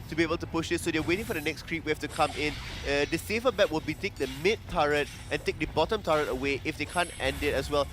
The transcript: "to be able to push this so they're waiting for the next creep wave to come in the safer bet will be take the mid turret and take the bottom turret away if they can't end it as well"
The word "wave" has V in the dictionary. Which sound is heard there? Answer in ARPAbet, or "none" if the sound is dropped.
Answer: F